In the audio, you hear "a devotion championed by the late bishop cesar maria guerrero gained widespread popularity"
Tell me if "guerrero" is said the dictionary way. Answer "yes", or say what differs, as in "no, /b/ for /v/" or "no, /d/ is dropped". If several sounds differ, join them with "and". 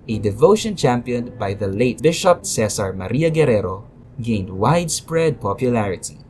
yes